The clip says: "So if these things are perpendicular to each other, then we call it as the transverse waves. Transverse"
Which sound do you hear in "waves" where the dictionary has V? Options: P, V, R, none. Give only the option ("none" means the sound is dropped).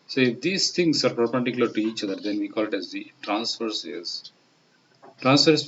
none